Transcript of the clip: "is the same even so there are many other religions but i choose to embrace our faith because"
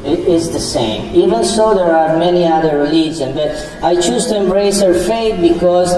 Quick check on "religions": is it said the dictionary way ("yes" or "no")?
no